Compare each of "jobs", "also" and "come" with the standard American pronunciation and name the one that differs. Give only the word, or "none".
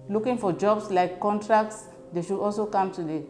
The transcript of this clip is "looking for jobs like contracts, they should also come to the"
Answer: jobs